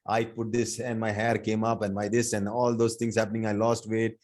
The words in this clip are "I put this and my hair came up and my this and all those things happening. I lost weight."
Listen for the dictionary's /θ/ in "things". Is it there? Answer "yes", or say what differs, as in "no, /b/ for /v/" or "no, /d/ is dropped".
no, /t/ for /θ/